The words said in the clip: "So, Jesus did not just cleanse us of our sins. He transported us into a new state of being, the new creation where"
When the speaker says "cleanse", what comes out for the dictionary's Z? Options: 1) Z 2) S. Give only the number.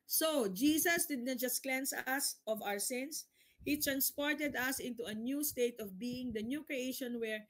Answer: 2